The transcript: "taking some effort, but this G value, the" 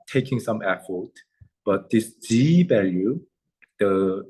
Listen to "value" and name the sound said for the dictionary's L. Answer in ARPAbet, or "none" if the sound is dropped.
L